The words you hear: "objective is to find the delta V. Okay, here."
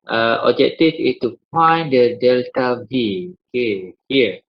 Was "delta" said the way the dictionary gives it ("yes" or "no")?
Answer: yes